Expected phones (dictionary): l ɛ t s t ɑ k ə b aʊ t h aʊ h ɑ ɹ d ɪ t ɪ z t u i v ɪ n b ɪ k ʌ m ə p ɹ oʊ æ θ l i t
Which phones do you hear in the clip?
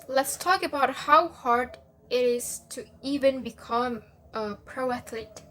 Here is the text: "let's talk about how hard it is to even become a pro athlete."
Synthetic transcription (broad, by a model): l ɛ t s t ɑ k ə b aʊ t h aʊ h ɑ ɹ d ɪ t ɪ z t u i v ɪ n b ɪ k ʌ m ə p ɹ oʊ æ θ l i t